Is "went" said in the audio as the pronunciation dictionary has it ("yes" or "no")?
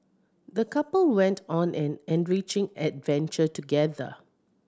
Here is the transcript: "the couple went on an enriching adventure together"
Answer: yes